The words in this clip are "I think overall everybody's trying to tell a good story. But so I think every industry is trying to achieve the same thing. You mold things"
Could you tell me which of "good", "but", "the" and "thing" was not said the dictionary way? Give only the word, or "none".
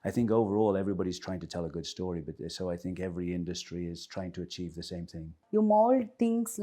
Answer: none